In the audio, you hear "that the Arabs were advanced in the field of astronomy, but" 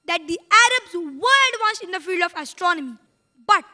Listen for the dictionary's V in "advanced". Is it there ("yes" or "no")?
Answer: no